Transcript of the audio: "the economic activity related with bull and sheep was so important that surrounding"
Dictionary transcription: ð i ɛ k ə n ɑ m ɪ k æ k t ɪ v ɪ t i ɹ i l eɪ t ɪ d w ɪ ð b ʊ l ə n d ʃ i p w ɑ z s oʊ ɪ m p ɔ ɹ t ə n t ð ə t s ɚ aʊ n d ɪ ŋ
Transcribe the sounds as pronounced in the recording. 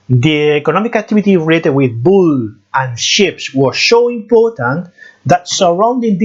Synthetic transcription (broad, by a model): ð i ɛ k ə n ɑ m ɪ k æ k t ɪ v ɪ t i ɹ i eɪ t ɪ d w ɪ ð b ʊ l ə n ʃ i p w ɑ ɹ s oʊ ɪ m p ɔ ɹ t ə n ð ə t s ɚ aʊ n d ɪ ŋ